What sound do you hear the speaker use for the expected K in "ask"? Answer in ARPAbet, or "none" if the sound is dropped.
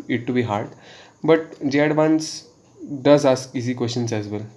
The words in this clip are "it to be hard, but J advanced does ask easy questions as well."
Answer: none